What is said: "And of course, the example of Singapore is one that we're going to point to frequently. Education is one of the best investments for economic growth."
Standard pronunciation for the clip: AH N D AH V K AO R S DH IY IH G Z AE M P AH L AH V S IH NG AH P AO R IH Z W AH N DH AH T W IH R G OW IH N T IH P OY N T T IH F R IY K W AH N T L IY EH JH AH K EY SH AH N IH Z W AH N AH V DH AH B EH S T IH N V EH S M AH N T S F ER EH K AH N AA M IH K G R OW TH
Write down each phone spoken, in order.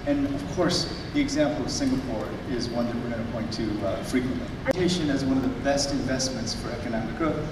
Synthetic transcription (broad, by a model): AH N AH V K AO R S DH IY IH G Z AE M P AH L AH V S IH NG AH P AO R IH Z W AH N DH AH T W IH R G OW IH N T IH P OY N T T IH F R IY K W AH N T L IY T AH IH SH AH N IH Z W AH N AH V DH AH B EH S T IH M V EH S M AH N T S F ER EH K AH N AA M IH K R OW